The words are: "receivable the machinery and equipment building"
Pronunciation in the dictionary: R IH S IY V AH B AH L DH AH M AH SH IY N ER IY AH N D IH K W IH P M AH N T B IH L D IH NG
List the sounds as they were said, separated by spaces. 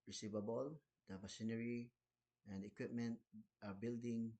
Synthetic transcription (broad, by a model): R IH S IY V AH B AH L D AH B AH S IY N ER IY AH N D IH K W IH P M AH N T B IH L D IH NG